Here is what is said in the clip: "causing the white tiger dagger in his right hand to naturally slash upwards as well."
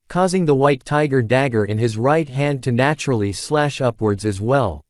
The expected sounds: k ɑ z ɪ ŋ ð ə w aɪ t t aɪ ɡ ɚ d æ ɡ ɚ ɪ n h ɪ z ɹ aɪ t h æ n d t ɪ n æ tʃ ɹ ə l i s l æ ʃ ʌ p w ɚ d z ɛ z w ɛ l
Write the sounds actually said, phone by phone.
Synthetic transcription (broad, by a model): k ɑ z ɪ ŋ ð ə w aɪ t t aɪ ɡ ɚ d æ ɡ ɚ ɪ n ɪ z ɹ aɪ t h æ n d t ɪ n æ tʃ ɹ l i s l æ ʃ ʌ p w ɚ d z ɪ z w ɛ l